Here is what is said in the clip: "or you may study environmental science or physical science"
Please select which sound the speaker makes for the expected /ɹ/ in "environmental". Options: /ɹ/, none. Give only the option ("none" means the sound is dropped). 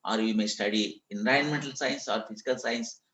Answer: none